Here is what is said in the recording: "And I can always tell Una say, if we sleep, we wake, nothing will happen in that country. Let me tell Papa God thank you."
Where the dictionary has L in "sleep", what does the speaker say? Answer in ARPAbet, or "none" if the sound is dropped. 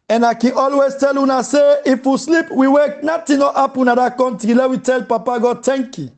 L